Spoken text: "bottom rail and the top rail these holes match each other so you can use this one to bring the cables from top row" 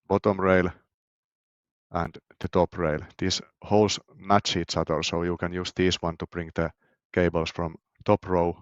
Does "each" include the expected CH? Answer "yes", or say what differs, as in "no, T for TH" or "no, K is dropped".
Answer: no, S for CH